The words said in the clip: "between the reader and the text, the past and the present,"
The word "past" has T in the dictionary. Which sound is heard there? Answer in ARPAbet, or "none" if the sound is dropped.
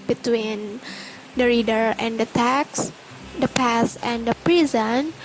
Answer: none